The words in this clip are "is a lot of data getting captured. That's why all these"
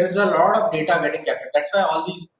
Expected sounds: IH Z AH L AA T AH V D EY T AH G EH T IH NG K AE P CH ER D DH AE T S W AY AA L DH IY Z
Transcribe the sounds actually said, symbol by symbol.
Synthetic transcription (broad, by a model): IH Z AH L AA T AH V D EY T AH G EH T IH NG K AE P ER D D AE T S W AY AA L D IY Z